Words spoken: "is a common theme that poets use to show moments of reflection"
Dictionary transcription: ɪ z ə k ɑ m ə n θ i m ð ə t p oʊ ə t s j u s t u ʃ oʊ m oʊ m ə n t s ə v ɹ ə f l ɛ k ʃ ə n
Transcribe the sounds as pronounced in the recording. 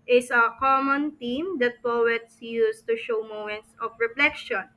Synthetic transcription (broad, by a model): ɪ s ə k ɑ m ə n t i m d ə t p oʊ ə t s j u s t u ʃ oʊ m oʊ m ə n t s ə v ɹ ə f l ɛ k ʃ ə n